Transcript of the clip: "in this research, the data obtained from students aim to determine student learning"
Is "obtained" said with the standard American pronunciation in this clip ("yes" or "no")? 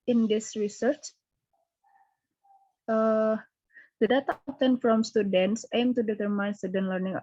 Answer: no